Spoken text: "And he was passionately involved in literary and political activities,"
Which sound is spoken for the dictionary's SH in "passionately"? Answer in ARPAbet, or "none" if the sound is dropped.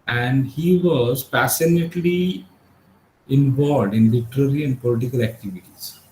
S